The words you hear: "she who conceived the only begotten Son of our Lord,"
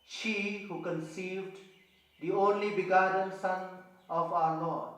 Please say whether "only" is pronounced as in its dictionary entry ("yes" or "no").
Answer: yes